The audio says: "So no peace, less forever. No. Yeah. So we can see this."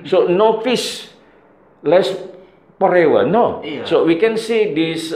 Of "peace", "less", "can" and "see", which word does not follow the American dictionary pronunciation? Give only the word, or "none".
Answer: peace